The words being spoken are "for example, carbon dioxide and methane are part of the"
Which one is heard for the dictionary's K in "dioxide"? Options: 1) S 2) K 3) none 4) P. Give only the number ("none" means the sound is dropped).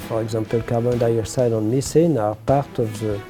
3